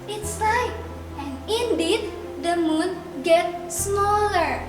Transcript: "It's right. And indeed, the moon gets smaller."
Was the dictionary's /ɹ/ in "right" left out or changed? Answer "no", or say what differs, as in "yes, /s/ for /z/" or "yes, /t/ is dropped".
yes, /l/ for /ɹ/